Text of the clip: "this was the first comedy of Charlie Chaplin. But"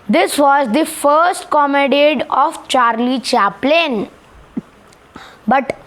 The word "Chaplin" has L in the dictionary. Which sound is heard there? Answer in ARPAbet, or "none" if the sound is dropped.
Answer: L